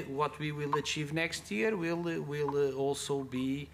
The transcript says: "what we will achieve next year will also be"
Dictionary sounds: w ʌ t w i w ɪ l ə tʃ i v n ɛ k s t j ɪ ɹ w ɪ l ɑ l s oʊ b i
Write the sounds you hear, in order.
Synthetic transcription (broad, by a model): w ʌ t w i w ɪ l ə tʃ i v n ɛ k s t j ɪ l w ɪ l ɑ l s oʊ b i